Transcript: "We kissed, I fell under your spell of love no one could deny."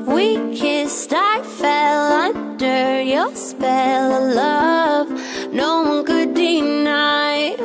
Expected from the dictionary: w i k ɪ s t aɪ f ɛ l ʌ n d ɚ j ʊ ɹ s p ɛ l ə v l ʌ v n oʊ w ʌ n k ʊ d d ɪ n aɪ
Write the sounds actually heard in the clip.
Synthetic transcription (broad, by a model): w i k ɪ s t aɪ f ɛ l ʌ n d ɚ j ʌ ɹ s p ɛ l l ʌ v n oʊ w ʌ n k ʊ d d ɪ n aɪ